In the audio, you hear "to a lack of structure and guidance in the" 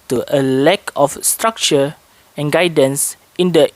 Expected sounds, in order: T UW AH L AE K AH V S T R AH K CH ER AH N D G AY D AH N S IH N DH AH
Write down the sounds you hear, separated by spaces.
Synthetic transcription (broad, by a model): T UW AH L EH K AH F S T R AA K CH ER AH N G AY D AH N S IH N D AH